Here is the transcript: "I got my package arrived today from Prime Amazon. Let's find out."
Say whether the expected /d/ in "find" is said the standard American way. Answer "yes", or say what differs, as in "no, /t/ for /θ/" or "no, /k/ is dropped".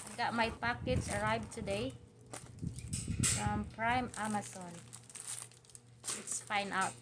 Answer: no, /d/ is dropped